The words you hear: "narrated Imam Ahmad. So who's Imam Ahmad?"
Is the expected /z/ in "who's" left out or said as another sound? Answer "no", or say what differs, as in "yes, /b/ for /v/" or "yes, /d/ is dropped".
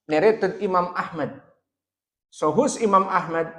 yes, /s/ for /z/